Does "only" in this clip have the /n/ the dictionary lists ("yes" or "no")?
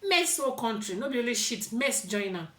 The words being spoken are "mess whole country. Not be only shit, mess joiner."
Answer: no